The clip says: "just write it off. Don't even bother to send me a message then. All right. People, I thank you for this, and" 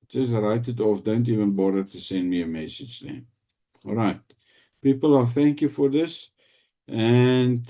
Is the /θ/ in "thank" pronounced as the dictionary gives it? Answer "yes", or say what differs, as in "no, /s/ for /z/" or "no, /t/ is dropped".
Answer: yes